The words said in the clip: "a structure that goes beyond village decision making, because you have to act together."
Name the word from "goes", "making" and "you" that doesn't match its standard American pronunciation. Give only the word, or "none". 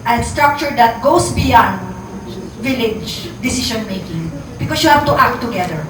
goes